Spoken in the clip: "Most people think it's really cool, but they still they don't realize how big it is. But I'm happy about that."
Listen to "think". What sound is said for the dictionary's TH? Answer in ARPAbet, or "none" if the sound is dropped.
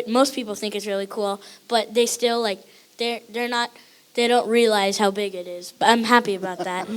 TH